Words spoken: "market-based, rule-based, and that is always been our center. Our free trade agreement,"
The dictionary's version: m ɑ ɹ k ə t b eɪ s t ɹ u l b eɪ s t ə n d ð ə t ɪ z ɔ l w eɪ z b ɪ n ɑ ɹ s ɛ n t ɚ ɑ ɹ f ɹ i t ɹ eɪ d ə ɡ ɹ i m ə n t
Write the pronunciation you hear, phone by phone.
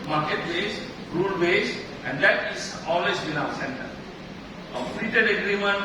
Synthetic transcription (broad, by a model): m ɑ ɹ k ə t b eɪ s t ɹ u l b eɪ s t ə n d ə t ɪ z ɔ l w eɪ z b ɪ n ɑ s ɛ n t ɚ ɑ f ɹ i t eɪ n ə ɡ ɹ i m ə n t